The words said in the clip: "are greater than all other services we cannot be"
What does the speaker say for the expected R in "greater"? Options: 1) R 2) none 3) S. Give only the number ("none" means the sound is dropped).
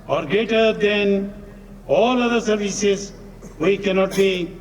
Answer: 2